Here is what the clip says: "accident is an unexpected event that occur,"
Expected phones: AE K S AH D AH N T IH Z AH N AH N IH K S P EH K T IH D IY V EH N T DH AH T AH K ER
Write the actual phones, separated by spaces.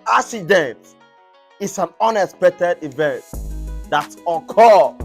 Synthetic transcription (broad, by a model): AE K S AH D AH N T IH S AH N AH N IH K S P EH K T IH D IY V EH N T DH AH T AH K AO